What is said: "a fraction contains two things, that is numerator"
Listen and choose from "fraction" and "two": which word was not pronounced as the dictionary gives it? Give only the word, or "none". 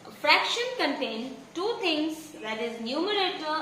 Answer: none